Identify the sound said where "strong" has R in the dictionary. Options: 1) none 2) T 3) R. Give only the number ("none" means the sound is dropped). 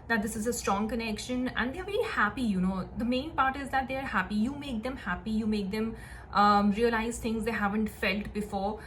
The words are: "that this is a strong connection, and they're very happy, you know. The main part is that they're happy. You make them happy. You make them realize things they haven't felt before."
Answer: 3